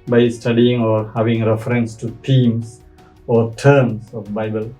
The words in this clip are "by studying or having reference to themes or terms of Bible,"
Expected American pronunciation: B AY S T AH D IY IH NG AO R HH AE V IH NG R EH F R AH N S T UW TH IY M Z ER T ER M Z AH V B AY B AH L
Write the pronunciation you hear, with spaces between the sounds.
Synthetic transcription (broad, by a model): B AY S T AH D IY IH NG AO R HH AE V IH NG R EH F R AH N S T UW T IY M S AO T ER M S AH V B AY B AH L